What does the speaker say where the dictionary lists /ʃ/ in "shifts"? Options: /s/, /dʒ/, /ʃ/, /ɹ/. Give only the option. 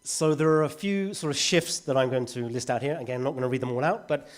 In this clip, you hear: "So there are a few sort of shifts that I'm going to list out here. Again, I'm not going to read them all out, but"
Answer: /ʃ/